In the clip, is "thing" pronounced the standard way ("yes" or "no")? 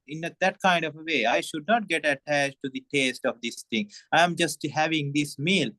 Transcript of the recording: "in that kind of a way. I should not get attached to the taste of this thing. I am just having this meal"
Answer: no